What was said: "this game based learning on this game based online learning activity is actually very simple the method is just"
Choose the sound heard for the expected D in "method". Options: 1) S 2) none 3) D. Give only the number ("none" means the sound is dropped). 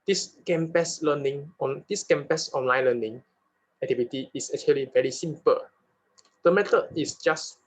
2